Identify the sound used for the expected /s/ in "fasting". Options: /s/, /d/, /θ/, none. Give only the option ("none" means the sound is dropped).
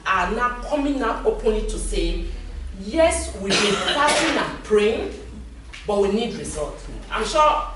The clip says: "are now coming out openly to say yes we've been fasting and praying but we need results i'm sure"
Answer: none